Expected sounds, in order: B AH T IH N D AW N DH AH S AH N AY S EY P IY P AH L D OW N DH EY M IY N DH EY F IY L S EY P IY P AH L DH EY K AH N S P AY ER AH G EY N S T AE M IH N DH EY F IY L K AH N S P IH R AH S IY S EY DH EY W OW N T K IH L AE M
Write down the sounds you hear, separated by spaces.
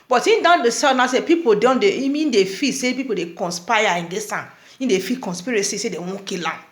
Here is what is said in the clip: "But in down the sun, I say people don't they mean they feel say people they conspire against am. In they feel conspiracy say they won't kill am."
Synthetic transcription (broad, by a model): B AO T IH N D AW N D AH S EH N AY S EY P IY P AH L D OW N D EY M IY N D EY F IY S EY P IY P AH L EY K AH N S P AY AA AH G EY S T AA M IH N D EY F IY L K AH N S P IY R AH S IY S EY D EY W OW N K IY L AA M